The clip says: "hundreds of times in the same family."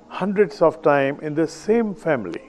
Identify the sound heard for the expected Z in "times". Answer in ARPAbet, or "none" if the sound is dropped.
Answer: none